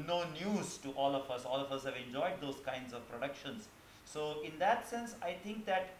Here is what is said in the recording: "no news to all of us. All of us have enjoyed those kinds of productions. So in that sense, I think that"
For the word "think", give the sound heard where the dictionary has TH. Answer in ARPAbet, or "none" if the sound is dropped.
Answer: T